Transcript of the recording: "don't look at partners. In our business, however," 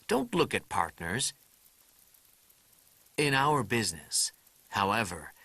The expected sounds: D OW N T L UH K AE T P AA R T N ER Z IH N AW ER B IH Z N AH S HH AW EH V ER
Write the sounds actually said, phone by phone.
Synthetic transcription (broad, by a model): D OW N T L UH K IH T P AA R T N ER Z IH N AW ER B IH Z N AH S HH AW EH V ER